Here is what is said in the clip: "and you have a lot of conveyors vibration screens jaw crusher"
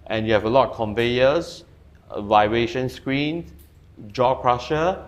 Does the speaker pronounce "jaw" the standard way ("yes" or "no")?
yes